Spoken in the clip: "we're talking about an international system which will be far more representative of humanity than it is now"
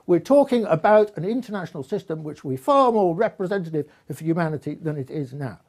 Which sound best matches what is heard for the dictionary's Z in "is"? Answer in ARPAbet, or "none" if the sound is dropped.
Z